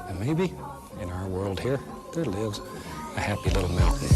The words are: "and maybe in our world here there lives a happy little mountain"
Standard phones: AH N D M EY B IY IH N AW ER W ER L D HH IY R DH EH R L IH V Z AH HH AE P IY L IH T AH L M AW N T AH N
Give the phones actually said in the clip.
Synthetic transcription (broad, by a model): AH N M EY B IY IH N AW ER W ER L D HH IY R DH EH R L IH V Z AH HH AE P IY L IH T L M AW N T N